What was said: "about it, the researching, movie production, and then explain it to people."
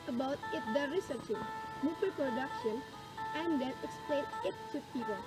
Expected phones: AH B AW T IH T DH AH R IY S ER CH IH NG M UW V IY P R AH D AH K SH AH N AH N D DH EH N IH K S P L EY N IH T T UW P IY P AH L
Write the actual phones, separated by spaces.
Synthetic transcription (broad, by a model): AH B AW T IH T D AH R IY S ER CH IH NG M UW P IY P R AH D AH K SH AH N AH N D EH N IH K S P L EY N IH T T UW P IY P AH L